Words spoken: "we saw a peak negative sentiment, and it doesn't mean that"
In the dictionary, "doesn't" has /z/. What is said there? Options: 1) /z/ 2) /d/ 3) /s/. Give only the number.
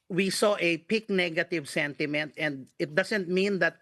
3